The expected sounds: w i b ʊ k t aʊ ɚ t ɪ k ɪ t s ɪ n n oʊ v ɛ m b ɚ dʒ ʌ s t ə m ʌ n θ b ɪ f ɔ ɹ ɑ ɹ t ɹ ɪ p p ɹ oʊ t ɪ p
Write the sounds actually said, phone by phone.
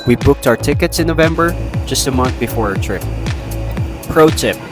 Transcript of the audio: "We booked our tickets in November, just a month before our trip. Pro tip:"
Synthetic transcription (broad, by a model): w i b ʊ k t aʊ ɚ t ɪ k ɪ t s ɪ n n oʊ v ɛ m b ɚ dʒ ʌ s t ə m ʌ n θ b ɪ f ɔ ɹ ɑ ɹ t ɹ ɪ p p ɹ oʊ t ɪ p